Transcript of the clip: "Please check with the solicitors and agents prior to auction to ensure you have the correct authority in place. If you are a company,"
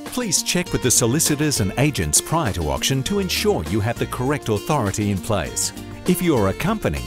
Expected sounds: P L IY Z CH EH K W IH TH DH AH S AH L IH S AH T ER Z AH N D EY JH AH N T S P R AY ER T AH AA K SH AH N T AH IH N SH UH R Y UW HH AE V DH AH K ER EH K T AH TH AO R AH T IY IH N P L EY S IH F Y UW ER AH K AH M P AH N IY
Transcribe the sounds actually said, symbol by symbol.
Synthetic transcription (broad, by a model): P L IY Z CH EH K W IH DH AH S AH L IH S AH T ER Z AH N EY JH AH N T S P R AY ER T AH AA K SH AH N T AH IH N SH UH R Y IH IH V DH AH K ER EH K T AH TH AO R AH T IY IH N P L EY S IH F Y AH ER AH K AH M P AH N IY